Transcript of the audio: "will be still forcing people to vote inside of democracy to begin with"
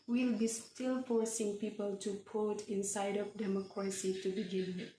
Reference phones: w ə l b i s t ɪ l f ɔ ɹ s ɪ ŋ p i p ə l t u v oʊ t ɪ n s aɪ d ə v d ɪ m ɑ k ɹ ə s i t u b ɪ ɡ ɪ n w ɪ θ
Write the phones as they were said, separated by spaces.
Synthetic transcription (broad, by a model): w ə l b i s t ɪ l f ɔ ɹ s ɪ ŋ p i p ə l t u p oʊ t ɪ n s aɪ d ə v d ɪ m ɑ k ɹ ə s i t u b ɪ ɡ ɪ n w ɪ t